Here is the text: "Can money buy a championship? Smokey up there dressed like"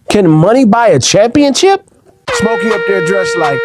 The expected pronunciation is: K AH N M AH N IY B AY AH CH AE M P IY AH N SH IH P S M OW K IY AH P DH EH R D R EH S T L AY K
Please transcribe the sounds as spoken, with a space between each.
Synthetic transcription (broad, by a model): K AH N M AH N IY B AY AH CH AE M P IY AH N SH IH P S M OW K IY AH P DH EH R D R EH S L AY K